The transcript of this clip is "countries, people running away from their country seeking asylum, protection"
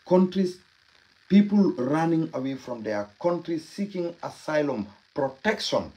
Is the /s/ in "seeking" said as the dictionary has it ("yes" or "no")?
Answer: yes